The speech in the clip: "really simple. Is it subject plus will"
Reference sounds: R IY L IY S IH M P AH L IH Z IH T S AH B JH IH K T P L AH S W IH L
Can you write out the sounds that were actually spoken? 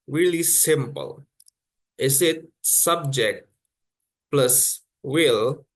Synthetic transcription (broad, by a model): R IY L IY S IH M P AH L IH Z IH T S AH B JH IH K T P L AH S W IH L